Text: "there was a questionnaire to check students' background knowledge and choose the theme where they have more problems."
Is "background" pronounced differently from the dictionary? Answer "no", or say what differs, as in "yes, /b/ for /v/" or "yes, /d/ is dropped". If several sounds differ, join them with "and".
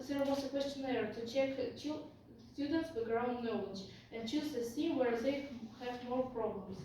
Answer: yes, /k/ is dropped